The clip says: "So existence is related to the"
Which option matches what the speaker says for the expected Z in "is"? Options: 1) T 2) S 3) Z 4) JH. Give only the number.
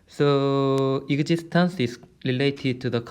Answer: 2